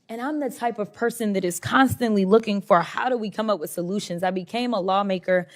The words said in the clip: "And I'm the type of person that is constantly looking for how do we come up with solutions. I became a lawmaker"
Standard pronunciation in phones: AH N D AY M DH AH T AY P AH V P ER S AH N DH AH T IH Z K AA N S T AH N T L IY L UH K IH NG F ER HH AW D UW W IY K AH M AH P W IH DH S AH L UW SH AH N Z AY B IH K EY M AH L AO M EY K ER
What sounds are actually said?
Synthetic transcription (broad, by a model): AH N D AY M DH AH T AY P AH V P ER S AH N DH AH T IH Z K AA N S T AH N T L IY L UH K IH NG F ER HH AW D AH W IY K AH M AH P W IH DH S AH L UW SH AH N Z AY B IH K EY M AH L AO M EY K ER